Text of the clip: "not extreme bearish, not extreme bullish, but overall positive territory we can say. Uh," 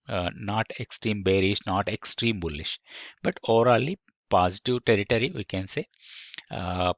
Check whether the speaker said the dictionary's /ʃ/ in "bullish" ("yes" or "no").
yes